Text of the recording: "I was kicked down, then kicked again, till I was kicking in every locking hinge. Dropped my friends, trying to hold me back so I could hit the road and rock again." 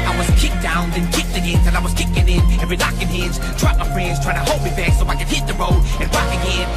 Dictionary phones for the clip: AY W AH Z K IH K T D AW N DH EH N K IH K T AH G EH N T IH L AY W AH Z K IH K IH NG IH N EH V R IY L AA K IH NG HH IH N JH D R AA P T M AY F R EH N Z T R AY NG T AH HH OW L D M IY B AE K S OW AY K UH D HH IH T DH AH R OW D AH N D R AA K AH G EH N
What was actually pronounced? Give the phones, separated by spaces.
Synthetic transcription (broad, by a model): AY W AH Z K IH K D AW N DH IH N K IH K T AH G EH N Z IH N AY W AH Z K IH K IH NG IH N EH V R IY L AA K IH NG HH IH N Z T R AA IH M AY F R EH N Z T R AY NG T AH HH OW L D M IY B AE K S OW AY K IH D HH IH T DH AH R OW D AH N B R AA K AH G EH N